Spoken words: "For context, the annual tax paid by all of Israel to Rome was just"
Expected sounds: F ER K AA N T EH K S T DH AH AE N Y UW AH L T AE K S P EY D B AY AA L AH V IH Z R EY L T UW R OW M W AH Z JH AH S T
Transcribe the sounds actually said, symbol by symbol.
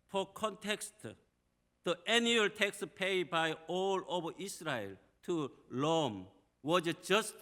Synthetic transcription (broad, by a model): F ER K AA N T EH K S T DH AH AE N Y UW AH L T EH K S P EY D B AY AA L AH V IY S R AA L T UW L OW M W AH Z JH AH S T